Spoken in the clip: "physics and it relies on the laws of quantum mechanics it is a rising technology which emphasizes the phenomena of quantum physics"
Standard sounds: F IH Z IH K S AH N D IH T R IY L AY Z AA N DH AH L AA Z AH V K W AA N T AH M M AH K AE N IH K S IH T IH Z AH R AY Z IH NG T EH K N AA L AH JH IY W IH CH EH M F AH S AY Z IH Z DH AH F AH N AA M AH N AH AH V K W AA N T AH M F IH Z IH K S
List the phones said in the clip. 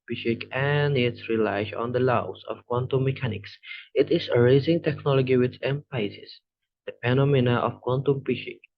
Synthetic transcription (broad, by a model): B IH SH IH K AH N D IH T R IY L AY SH AA N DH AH L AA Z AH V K W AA N T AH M M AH K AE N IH K S IH T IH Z AH R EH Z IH NG T EH K N AA L AH JH IY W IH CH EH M P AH IH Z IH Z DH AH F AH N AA M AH N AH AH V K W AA N T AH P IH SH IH K